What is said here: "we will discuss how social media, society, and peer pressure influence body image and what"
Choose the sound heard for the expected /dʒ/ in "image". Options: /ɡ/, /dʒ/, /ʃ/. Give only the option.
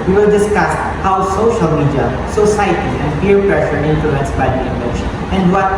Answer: /ʃ/